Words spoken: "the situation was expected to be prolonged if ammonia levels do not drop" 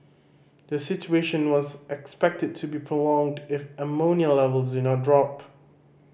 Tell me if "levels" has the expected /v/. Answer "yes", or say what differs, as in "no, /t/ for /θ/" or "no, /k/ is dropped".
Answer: yes